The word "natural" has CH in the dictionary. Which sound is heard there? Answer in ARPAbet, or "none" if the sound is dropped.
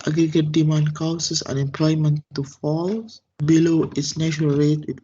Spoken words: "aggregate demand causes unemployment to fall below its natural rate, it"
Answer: SH